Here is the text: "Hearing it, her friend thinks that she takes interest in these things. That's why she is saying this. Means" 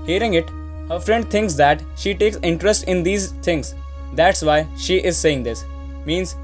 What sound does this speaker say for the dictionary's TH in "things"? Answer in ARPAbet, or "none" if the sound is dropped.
T